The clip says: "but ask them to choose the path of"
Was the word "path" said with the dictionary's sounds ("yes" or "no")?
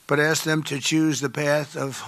yes